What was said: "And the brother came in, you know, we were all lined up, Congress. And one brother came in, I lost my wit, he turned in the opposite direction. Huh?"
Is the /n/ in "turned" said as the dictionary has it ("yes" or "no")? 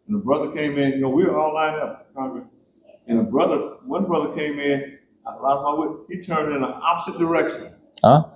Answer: yes